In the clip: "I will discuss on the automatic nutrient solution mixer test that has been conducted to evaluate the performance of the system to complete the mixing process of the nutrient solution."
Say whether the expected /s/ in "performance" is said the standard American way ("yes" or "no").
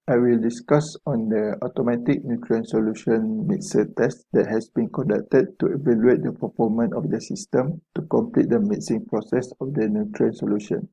no